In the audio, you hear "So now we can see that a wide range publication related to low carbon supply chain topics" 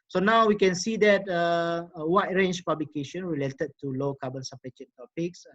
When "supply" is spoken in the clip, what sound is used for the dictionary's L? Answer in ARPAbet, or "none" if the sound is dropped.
none